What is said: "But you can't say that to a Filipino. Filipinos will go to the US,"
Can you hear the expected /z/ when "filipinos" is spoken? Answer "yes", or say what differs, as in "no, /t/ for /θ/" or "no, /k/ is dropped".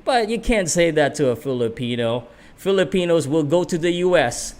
yes